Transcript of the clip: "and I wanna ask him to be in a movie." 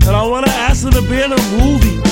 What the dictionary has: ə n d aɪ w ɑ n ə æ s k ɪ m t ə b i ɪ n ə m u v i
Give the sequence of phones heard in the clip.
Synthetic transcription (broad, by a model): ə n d aɪ w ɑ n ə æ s ɪ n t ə b i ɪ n ə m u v i